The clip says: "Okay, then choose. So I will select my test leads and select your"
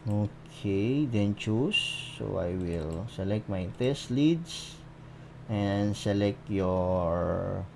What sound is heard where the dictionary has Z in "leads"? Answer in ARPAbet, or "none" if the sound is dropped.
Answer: S